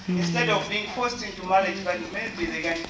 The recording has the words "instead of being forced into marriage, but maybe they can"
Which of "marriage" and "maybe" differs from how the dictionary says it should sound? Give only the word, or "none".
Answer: marriage